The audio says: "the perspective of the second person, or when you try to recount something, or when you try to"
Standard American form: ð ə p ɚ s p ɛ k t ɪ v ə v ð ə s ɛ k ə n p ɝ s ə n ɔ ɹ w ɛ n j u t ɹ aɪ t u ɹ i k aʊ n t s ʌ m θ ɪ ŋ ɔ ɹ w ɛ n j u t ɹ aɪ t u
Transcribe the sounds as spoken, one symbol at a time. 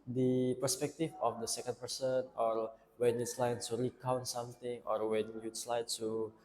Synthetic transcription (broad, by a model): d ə p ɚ s p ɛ k t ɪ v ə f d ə s ɛ k ə n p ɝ s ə n ɔ ɹ w ɛ n j u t l aɪ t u ɹ i k aʊ n t s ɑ m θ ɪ ŋ ɔ ɹ w ɛ n j u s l aɪ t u